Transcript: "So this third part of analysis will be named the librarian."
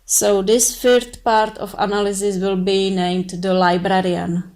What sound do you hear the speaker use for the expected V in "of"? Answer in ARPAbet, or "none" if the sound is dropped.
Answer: F